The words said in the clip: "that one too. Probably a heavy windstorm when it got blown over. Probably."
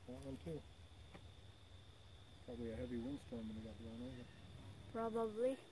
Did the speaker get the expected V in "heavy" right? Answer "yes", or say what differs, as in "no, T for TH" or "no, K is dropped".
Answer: yes